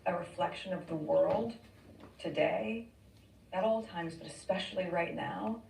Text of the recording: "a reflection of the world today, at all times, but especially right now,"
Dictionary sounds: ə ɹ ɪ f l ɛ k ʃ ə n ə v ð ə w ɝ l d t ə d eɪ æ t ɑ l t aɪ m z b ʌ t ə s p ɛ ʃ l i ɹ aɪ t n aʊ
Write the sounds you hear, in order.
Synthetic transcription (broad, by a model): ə ɹ ɪ f l ɛ k ʃ ə n ə v ð ə w ɝ l d t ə d eɪ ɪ t ɑ l t aɪ m z b ʌ t ə s p ɛ ʃ l i ɹ aɪ t n aʊ